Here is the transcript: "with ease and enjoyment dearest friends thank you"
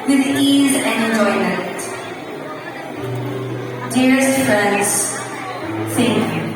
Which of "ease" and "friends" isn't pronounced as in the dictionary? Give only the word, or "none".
none